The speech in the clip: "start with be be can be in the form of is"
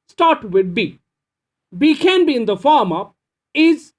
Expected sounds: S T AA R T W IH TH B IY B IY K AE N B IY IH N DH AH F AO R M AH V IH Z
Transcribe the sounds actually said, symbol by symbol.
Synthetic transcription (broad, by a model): S T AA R T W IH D B IY B IY K AE N B IY IH N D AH F AO R M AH P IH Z